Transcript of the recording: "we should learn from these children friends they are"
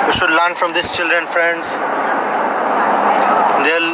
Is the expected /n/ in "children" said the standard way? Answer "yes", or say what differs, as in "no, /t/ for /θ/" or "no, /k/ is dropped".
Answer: yes